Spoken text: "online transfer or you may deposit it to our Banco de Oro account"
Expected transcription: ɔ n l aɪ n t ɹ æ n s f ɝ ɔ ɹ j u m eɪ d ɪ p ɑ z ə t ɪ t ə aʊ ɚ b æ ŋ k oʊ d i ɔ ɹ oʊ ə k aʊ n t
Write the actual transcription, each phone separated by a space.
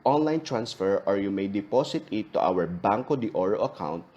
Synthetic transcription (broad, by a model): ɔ n l aɪ n t ɹ æ n s f ɝ ɔ ɹ j u m eɪ d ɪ p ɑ s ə t ɪ t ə aʊ ɚ b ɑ ŋ k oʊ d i ɔ ɹ oʊ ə k aʊ n t